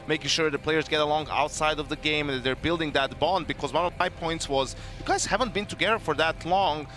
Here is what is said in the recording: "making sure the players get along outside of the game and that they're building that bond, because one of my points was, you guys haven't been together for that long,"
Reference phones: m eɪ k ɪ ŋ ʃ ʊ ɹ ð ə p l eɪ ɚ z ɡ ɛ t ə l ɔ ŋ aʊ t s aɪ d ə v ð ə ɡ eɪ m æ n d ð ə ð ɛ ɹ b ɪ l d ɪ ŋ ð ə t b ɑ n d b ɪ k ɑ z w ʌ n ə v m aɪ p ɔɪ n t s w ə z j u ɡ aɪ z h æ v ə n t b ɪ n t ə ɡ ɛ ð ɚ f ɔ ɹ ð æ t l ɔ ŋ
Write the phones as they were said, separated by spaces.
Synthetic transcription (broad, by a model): m eɪ k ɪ ŋ ʃ ʊ ɹ ð ə p l eɪ ɚ z ɡ ɛ t ə l ɔ ŋ aʊ t s aɪ d ə v ð ə ɡ eɪ m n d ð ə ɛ ɹ b ɪ l d ɪ ŋ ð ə t b ɑ n d b ɪ k ɑ z w ʌ n ə v m aɪ p ɔɪ n t s w ə z j u ɡ aɪ z h æ v ə n t b ɪ n t ə ɡ ɛ ð ɚ f ɔ ɹ ð æ t l ɔ ŋ